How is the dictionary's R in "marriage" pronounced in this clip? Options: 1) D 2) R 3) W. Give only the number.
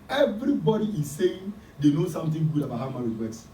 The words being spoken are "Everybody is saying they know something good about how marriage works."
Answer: 3